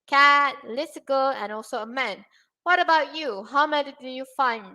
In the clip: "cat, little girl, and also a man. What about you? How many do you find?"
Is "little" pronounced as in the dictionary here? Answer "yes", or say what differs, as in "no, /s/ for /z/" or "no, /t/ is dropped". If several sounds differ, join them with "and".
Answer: no, /s/ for /t/